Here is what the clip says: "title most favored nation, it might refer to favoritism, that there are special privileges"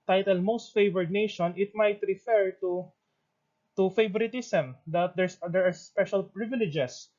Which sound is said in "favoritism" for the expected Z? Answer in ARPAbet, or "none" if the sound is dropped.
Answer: S